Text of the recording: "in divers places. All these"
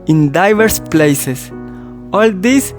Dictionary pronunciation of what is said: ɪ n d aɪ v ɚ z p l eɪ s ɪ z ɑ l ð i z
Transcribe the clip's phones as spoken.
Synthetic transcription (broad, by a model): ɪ n d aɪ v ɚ s p l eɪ s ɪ s ɑ l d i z